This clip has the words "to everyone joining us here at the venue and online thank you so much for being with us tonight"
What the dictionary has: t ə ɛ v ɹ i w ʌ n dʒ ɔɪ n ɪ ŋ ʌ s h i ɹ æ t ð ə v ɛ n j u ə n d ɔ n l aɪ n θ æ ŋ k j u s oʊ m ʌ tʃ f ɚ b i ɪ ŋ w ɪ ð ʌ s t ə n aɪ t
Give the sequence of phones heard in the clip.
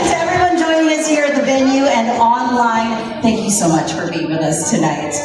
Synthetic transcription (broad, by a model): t ɛ v ɹ i w ʌ n dʒ ɔɪ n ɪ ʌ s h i ɹ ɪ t ð ə v ɛ n j u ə n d ɔ n l aɪ n θ æ ŋ k j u s oʊ m ʌ tʃ f ɚ b i ɪ ŋ w ɪ ð ʌ s t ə n aɪ t